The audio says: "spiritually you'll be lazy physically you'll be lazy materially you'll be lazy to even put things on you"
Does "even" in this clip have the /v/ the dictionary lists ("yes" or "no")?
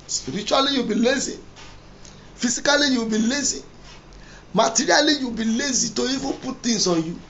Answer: no